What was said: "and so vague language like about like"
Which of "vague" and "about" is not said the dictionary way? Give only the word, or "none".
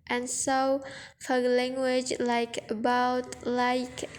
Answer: vague